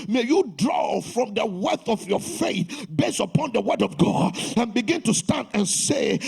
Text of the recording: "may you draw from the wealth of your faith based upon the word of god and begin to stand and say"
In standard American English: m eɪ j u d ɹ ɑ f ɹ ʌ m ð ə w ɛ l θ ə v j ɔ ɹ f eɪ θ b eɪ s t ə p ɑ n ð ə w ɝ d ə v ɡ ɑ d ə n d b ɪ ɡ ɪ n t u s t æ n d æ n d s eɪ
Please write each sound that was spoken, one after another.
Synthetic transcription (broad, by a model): m eɪ j u d ɹ ɑ f ɹ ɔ m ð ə w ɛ θ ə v j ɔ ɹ f eɪ θ b eɪ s ə p ɑ n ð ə w ɝ d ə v ɡ ɑ d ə n b ɪ ɡ ɪ n t u s t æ n d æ n s eɪ